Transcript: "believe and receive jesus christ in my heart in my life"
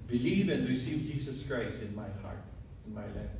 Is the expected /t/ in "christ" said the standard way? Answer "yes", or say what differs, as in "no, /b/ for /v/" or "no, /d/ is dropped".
no, /t/ is dropped